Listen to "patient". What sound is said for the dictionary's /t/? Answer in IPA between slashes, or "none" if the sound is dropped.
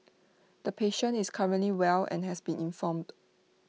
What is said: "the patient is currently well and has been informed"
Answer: none